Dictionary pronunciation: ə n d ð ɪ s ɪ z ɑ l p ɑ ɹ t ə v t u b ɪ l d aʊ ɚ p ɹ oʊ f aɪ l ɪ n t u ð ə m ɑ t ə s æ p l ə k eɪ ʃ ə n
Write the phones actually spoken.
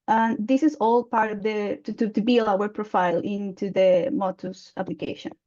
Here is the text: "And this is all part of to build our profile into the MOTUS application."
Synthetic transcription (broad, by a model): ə n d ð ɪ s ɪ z ɑ l p ɑ ɹ t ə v t u b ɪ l aʊ ɚ p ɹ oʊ f aɪ l ɪ n t u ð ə m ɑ t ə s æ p l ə k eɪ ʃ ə n